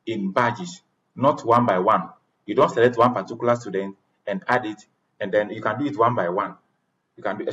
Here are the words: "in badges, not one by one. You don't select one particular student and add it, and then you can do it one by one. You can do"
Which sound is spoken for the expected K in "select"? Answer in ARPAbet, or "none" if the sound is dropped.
none